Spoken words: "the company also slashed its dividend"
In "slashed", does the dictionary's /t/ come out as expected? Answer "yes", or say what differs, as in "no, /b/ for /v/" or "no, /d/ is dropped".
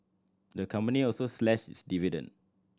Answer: no, /t/ is dropped